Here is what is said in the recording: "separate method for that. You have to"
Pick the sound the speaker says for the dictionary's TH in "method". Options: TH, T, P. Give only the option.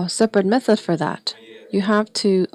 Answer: TH